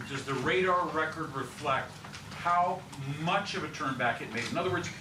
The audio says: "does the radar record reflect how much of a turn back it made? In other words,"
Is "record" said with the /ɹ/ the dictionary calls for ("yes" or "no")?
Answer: yes